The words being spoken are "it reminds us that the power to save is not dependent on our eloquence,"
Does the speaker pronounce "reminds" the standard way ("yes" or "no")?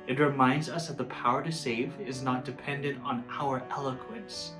yes